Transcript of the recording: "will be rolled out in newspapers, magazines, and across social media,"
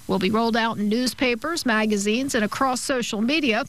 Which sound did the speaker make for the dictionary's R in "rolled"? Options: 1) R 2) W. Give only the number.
1